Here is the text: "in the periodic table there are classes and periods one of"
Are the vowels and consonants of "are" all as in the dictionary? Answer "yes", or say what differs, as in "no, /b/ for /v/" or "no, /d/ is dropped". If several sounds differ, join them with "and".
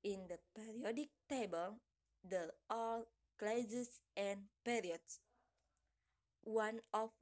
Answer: no, /l/ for /ɹ/